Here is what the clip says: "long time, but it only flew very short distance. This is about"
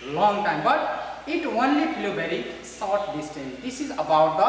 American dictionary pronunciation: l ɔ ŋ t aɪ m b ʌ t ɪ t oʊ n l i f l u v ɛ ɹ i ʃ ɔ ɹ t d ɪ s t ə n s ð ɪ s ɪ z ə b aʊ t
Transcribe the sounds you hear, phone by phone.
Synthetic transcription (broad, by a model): l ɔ ŋ t aɪ m b ʌ t ɪ t oʊ n l i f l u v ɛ ɹ i s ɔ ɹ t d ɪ s t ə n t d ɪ s ɪ z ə b aʊ t